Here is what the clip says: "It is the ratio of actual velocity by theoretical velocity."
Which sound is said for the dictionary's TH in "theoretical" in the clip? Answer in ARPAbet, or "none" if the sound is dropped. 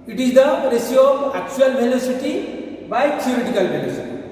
T